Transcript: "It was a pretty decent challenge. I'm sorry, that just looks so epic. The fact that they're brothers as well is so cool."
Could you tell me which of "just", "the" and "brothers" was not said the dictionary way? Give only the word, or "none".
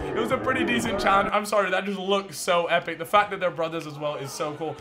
none